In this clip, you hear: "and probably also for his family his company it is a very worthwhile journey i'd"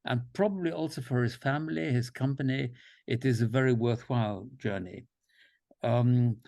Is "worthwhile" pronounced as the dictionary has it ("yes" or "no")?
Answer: yes